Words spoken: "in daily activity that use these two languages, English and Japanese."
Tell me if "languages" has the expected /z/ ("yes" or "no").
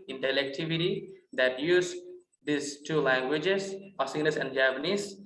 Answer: no